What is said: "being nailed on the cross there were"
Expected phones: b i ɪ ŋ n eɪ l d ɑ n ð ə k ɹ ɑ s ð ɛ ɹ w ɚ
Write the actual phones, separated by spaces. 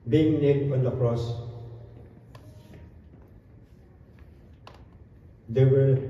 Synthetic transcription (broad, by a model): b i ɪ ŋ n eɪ d ɑ n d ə k ɹ ɑ s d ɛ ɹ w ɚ